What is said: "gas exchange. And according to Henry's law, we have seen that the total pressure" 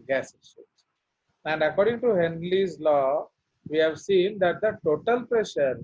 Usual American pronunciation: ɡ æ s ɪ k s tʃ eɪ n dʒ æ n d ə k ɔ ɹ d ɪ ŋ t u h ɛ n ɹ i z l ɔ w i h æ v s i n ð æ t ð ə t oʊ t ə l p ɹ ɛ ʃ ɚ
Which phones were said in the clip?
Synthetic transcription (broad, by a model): ɡ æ s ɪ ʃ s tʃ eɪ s æ n d ə k ɔ ɹ d ɪ ŋ t u h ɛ n l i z l ɔ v i h æ v s i n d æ t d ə t oʊ t ə l p ɹ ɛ ʃ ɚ